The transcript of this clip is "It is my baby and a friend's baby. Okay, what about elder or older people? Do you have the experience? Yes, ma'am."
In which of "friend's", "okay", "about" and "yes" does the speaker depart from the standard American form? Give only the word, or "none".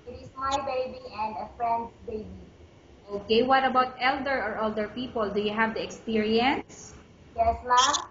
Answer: friend's